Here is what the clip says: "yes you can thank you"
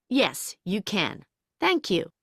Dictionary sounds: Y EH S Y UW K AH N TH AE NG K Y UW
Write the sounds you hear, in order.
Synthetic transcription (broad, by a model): Y EH S Y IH K AH N TH AE NG K Y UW